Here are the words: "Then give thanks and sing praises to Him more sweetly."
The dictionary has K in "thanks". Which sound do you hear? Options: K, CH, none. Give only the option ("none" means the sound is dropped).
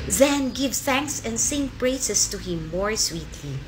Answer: K